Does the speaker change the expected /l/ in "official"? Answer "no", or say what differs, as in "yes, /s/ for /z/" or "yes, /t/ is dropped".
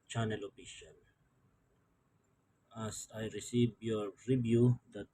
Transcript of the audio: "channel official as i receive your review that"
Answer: yes, /n/ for /l/